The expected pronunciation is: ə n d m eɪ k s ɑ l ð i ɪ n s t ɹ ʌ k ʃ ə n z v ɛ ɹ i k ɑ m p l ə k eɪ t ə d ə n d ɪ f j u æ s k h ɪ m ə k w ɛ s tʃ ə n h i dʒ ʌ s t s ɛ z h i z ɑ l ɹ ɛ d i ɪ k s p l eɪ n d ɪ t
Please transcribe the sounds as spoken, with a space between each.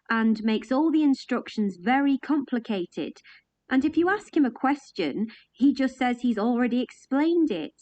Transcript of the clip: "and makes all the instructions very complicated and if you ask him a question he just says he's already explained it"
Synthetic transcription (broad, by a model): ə n m eɪ k s ɑ l ð i ɪ n s t ɹ ʌ k ʃ ə n z v ɛ ɹ i k ɑ m p l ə k eɪ t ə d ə n ɪ f j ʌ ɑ s k h ɪ m ə k w ɛ s tʃ ə n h i dʒ ʌ s t s ɛ z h i z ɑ l ɹ ɛ d i ɪ k s p l eɪ n d ɪ t